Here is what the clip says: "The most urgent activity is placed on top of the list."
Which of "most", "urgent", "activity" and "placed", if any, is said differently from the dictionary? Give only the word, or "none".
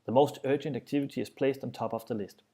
none